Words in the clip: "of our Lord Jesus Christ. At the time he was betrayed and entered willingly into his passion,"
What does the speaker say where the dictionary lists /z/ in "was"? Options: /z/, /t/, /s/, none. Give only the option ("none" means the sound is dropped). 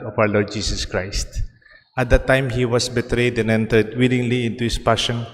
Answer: /s/